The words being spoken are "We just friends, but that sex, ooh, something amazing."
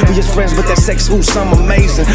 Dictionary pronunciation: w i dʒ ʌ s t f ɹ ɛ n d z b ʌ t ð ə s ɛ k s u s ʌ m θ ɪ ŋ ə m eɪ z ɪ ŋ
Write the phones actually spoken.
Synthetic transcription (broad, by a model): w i dʒ ʌ s t f ɹ ɛ n d z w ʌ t ð ə s ɛ k s u s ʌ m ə m eɪ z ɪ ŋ